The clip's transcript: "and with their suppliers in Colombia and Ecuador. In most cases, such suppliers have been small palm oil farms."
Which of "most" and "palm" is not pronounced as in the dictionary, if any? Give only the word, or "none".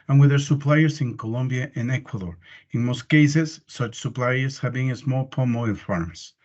none